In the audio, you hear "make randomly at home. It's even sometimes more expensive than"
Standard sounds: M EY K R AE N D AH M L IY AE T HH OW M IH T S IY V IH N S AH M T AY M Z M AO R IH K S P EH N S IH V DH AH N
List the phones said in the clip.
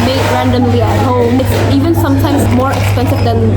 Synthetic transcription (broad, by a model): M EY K R AE N D AH M L IY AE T HH OW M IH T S IY V IH N S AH M T AY M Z M AO R IH K S P EH N S IH V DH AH N